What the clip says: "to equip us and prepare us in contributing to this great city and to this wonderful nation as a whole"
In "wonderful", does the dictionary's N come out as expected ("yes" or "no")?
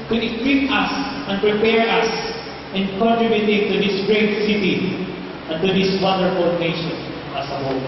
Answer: no